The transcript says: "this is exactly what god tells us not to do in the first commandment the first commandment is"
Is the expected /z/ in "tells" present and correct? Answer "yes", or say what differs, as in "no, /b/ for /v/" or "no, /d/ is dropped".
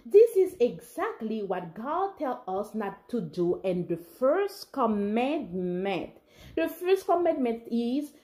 no, /z/ is dropped